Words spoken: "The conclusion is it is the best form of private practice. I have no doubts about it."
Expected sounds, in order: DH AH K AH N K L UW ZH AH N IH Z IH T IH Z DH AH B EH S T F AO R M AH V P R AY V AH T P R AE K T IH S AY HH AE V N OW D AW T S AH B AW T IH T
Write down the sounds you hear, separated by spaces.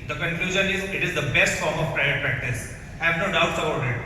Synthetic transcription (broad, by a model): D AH K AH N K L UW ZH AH N IH Z IH T IH Z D AH B EH S T F AO R M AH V P R AY AH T P R AE K T IH S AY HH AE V N OW D AW T S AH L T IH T